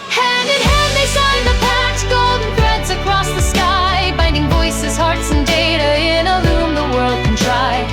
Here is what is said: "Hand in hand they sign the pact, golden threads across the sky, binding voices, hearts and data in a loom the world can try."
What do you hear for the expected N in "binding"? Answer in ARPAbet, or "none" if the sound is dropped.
N